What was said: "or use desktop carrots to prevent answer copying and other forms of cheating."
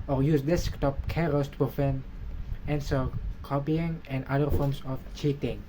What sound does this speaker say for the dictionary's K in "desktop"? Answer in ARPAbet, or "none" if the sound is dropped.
K